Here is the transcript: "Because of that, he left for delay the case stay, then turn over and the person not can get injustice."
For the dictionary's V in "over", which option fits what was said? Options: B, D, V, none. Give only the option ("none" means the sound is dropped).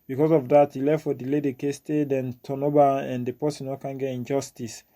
B